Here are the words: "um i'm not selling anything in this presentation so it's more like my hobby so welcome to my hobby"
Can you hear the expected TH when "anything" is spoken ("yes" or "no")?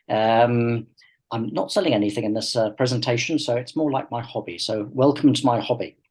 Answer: yes